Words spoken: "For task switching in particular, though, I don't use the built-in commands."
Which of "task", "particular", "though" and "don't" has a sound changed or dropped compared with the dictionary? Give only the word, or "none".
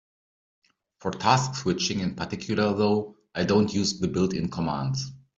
none